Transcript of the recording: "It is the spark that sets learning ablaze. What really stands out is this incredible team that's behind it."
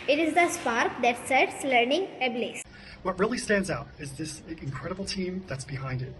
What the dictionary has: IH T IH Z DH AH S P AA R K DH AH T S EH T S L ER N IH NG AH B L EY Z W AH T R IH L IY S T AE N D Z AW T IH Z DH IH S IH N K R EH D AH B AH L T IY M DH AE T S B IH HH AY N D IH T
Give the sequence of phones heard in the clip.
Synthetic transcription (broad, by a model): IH T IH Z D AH S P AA R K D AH T S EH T S L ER N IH NG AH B L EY S W AH T R IH L IY S T AE N D Z AW T IH Z DH IH S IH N K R EH D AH B L T IY M DH AE T S B IH HH AY N D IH T